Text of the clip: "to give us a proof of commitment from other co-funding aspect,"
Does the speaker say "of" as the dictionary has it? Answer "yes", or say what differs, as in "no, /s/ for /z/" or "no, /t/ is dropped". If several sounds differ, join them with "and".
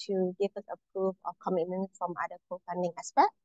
no, /f/ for /v/